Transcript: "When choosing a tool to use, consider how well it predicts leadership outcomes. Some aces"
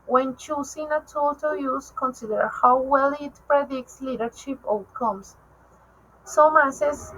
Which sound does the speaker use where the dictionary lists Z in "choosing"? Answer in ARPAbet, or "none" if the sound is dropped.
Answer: S